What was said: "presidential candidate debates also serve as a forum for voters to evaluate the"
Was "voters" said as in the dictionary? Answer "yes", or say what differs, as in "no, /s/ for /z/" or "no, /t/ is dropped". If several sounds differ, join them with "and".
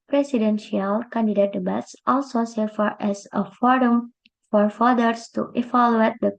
no, /f/ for /v/ and /s/ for /z/